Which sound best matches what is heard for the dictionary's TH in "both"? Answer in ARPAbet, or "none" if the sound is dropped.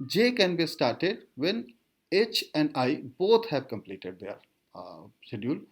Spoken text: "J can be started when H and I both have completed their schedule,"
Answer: T